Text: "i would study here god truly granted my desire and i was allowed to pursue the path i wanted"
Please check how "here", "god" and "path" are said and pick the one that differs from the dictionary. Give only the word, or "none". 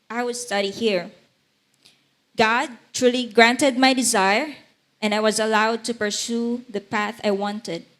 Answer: none